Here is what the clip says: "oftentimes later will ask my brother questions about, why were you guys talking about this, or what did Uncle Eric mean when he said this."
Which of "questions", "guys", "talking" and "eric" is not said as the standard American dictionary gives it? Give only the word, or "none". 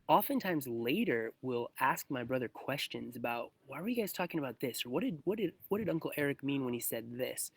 none